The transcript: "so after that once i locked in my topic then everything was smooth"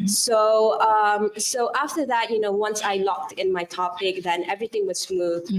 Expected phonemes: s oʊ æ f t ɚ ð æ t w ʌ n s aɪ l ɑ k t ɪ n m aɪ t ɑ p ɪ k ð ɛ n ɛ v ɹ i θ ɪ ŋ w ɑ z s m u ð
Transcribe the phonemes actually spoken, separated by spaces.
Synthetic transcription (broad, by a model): s oʊ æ f t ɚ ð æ t w ʌ n s aɪ l ɑ k t ɪ n m aɪ t ɑ p ɪ k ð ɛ n ɛ v ɹ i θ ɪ ŋ w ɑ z s m u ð